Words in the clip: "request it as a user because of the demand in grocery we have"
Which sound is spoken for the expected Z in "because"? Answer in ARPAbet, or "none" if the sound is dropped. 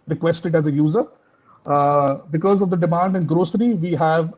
Z